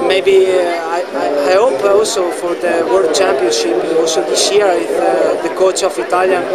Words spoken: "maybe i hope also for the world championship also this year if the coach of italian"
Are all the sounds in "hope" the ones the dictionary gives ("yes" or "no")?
yes